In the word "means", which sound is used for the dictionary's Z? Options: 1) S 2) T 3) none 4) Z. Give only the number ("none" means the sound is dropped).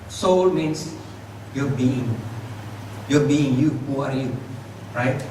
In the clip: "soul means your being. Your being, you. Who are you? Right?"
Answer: 1